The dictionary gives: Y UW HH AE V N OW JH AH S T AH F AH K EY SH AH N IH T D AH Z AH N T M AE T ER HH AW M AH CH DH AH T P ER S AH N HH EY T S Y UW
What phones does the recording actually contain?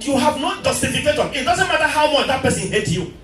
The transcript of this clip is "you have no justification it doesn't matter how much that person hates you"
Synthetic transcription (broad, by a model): Y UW HH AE V N OW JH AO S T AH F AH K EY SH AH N IH T D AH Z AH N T M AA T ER HH AW M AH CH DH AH T P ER S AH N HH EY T Y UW